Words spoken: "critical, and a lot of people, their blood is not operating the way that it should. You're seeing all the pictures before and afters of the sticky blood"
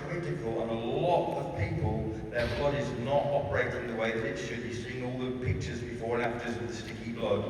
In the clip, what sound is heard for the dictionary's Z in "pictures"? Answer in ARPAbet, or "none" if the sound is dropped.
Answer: Z